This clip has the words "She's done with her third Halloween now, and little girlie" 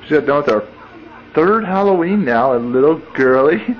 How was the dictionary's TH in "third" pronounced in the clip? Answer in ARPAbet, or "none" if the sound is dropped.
TH